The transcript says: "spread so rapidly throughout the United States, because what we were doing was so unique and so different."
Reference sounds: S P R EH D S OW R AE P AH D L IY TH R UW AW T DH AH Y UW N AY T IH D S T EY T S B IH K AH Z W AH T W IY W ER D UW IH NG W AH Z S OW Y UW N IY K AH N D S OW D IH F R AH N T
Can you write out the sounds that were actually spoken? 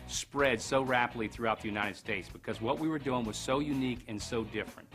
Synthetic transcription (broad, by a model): S P R EH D S OW R AE P AH D L IY TH R UW AW T DH AH Y UW N AY T IH D S T EY T S B IH K AH Z W AH T W IY W ER D UW IH NG W AH Z S OW Y UW N IY K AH N S OW D IH F R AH N T